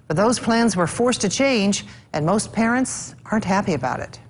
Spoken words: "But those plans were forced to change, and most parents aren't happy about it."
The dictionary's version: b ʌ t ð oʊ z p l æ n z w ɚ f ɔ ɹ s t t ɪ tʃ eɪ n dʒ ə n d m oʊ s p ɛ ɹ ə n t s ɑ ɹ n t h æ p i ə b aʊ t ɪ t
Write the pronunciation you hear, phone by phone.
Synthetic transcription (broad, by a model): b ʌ t ð oʊ z p l æ n z w ɚ f ɔ ɹ s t t ɪ tʃ eɪ n dʒ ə n m oʊ s p ɛ ɹ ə n t s ɑ ɹ n t h æ p i ə b aʊ t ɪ t